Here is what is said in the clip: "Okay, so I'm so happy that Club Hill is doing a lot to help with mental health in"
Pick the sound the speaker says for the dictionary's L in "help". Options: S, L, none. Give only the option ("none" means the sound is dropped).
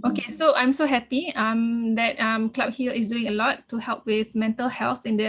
L